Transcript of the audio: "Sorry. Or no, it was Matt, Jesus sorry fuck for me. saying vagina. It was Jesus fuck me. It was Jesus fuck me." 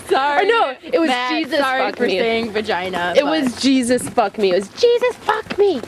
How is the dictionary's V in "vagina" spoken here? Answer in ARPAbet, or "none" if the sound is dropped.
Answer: F